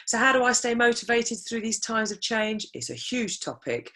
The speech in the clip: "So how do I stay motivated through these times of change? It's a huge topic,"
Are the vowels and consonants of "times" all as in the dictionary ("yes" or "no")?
yes